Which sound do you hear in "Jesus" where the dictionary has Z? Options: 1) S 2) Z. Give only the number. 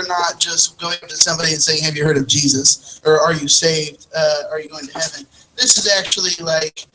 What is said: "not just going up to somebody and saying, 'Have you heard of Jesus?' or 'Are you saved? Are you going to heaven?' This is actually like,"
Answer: 2